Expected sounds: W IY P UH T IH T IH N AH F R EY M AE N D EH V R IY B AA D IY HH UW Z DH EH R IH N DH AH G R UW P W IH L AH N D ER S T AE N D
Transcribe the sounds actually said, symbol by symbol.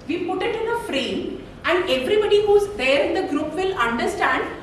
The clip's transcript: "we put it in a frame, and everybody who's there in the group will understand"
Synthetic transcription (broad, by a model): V IY P UH T IH T IH N AH F R EY M AE N D EH V R IY B AA D IY HH UW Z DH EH R IH N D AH G R UW P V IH L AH N D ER S T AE N D